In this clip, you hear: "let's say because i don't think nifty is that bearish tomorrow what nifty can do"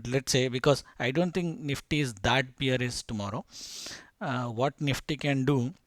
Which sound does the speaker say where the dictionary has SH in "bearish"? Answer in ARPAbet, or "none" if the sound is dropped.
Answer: S